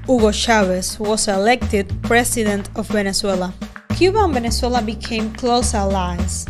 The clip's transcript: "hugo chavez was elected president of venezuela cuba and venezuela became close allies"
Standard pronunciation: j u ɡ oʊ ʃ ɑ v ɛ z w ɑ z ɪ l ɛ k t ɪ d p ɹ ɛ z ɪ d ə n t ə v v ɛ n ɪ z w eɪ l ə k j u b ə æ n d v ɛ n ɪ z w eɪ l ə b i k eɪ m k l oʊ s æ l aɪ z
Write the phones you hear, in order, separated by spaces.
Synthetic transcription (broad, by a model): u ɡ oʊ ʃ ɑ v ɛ s w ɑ s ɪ l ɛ k t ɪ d p ɹ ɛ s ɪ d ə n t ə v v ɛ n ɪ s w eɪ l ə k j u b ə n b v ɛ n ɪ s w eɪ l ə b i k eɪ m k l oʊ s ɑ l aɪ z